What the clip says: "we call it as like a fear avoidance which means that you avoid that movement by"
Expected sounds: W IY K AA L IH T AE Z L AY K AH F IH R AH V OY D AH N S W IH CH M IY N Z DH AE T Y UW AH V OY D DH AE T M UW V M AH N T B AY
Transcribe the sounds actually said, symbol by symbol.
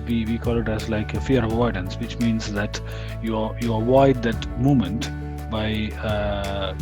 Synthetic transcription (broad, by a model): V IY K AA L IH T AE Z L AY K AH F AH R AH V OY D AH N S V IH CH M IY N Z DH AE T Y UW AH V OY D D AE T M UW M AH N T B AY